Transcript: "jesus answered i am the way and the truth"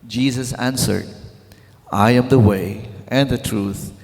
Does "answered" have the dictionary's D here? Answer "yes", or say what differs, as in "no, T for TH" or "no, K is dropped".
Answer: yes